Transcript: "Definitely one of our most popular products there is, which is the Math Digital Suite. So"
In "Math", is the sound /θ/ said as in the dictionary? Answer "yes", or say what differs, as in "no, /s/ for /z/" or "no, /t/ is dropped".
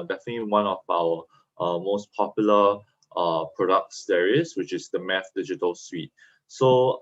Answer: no, /f/ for /θ/